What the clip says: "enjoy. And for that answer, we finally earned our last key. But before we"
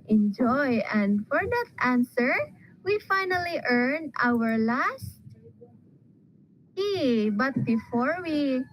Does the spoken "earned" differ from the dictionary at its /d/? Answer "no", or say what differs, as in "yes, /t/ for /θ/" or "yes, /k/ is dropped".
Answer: yes, /d/ is dropped